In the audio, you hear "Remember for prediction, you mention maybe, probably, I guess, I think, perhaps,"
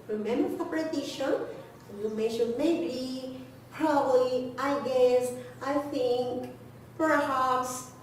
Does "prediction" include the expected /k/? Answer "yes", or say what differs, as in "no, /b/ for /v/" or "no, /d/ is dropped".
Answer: no, /k/ is dropped